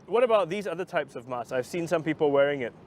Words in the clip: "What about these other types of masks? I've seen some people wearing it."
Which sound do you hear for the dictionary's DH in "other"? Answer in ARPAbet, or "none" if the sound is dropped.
DH